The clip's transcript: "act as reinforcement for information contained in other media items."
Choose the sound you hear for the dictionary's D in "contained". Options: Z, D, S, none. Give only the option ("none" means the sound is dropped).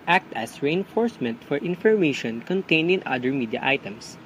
none